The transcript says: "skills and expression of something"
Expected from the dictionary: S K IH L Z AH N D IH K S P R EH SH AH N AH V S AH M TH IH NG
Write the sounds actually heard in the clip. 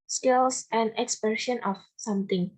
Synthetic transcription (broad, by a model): S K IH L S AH N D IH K S P EH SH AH N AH F S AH M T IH NG